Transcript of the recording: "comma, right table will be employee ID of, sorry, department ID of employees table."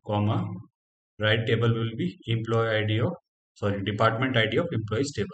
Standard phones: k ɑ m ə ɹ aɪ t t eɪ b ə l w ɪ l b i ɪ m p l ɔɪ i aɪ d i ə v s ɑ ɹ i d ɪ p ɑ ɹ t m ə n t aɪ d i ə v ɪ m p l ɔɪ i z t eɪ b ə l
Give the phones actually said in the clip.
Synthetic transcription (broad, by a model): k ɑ m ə ɹ aɪ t t eɪ b ə l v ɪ l b i ɪ m p l ɔɪ i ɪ d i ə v s ɑ ɹ i d ɪ p ɑ ɹ t m ə n t aɪ d i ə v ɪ m p l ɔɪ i s t eɪ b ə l